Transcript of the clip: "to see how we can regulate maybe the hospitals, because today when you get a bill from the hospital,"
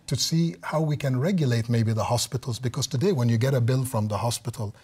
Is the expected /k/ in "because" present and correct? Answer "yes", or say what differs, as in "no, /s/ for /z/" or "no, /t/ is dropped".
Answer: yes